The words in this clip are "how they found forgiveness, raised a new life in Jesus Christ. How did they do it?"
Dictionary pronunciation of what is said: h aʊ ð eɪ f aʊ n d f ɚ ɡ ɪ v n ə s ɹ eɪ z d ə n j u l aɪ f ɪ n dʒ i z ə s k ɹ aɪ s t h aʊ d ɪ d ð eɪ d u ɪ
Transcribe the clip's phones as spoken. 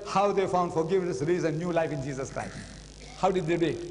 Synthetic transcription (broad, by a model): h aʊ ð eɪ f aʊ n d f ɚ ɡ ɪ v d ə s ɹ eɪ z ə n j u l aɪ f ɪ n dʒ i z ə s k ɹ aɪ s t h aʊ d ɪ d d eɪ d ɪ